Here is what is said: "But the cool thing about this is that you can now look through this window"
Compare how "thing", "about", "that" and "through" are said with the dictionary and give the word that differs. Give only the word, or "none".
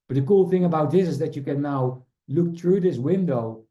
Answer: none